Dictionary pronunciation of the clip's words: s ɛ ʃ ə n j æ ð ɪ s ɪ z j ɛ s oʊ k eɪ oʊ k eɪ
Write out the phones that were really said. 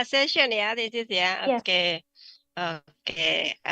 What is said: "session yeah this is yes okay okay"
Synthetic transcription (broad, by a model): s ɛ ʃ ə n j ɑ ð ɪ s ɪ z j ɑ oʊ k eɪ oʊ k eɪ